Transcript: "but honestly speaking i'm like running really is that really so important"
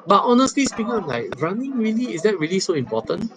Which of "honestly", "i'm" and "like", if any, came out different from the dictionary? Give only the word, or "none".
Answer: none